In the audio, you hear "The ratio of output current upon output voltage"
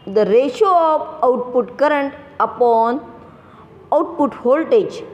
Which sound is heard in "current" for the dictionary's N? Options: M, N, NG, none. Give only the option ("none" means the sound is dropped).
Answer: N